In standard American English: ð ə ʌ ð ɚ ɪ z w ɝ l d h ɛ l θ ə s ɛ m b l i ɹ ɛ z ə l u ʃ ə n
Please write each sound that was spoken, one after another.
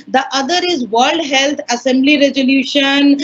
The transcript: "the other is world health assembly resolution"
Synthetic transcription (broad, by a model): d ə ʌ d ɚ ɪ z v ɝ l d h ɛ l t ə s ɛ m b l i ɹ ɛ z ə l u ʃ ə n